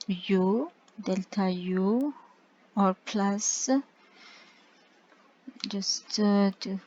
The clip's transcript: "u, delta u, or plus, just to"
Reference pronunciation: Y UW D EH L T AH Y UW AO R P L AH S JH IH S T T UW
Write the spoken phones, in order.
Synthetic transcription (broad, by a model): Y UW D EH L T AH Y UW AO R P L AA S JH IH S T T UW